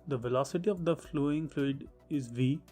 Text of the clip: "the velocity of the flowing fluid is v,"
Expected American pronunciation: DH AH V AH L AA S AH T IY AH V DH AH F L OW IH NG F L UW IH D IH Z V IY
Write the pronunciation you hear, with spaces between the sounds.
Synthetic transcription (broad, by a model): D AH V AH L AA S AH T IY AH V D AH F L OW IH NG F L UW IH D IH Z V IY